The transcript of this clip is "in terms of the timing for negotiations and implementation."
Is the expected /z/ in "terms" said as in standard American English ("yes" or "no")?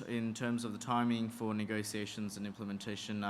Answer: yes